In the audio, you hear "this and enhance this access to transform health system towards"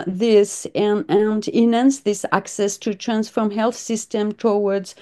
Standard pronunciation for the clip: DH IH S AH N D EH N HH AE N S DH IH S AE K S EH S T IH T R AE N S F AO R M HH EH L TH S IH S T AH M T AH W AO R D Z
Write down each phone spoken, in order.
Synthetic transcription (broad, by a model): DH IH S AH N D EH N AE N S DH IH S AE K S EH S T IH T R AE N S F AO R M HH EH L TH S IH S T AH M T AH W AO R D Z